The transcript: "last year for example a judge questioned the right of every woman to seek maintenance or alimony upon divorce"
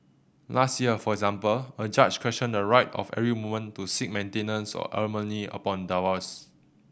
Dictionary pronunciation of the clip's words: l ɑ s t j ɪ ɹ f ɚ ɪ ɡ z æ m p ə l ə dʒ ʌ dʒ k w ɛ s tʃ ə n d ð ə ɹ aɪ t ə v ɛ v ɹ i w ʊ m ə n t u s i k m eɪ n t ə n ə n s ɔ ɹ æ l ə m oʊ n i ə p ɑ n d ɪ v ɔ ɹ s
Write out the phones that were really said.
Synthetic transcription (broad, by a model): l ɑ s t j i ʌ f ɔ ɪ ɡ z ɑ m p ə l ə dʒ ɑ tʃ k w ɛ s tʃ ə n d ə ɹ aɪ t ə f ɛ ɹ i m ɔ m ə n t u s i k m eɪ n t ə n ə n s ɔ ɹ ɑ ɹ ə m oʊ n i ə p ɑ n d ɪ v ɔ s